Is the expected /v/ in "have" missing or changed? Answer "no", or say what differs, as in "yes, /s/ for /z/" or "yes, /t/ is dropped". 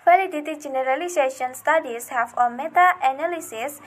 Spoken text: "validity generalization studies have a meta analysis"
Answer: yes, /f/ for /v/